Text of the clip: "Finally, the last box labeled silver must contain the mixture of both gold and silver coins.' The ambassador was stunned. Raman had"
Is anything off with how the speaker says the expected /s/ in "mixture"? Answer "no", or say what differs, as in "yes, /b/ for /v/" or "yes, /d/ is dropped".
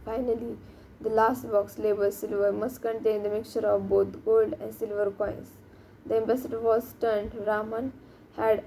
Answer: yes, /s/ is dropped